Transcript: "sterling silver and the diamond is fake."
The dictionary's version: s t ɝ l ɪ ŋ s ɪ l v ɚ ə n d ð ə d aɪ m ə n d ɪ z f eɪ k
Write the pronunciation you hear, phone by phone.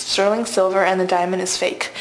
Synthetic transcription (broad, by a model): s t ɝ l ɪ ŋ s ɪ l v ɚ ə n ð ə d aɪ m ə n d ɪ z f eɪ k